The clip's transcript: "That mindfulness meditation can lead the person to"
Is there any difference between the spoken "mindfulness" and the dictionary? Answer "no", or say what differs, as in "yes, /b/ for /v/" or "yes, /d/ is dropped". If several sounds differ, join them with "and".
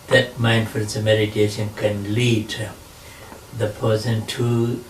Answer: yes, /s/ is dropped